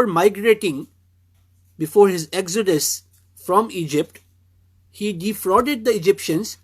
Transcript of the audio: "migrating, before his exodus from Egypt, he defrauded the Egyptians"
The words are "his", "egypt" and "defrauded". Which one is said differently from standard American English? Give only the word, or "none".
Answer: none